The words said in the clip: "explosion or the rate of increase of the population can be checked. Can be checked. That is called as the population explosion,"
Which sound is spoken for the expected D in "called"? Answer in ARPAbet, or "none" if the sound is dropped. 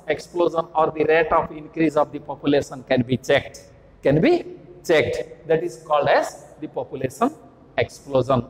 D